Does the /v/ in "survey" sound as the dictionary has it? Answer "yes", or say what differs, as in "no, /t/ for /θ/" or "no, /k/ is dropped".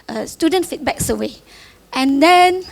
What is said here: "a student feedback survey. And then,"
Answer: no, /w/ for /v/